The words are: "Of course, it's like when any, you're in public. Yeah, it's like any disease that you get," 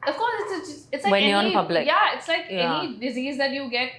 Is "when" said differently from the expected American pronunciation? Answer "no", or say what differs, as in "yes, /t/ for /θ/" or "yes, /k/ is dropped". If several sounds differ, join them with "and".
yes, /n/ is dropped